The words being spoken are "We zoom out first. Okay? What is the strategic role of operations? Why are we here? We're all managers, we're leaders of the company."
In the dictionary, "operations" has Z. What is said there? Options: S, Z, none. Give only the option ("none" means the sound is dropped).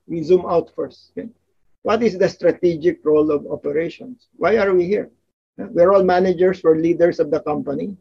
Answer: S